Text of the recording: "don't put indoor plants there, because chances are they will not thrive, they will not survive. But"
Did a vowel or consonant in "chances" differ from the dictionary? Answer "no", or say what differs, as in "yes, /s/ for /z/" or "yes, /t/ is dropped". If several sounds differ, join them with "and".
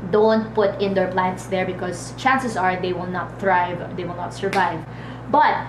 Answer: yes, /s/ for /z/